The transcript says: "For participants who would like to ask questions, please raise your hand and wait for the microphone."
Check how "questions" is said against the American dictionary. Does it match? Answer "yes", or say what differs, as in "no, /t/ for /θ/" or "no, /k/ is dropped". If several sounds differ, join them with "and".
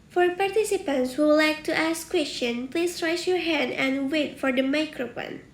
no, /z/ is dropped